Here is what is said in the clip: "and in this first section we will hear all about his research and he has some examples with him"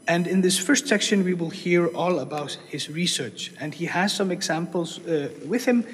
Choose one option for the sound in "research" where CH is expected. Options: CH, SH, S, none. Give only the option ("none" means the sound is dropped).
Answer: CH